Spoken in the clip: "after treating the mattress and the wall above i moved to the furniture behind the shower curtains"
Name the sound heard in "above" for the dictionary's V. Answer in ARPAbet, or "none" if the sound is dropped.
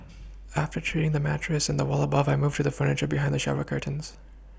V